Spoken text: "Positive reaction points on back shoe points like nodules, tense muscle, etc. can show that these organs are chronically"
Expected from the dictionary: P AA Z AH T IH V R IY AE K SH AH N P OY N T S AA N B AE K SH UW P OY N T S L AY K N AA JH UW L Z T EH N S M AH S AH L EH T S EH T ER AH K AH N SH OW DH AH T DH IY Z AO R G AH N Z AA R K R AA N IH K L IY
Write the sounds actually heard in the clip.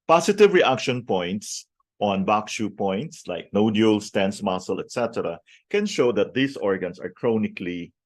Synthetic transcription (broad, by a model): P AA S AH T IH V R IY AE K SH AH N P OY N T S AA N B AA K SH UW P OY N T S L AY K N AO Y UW L S T EH N S M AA S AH L EH T S EH T ER AH K AH N SH OW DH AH T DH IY S AO R G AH N S AA R K R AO N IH K L IY